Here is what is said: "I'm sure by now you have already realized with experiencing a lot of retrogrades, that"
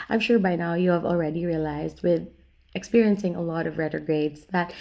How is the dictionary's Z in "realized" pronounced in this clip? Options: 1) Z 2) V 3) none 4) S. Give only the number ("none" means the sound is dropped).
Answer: 1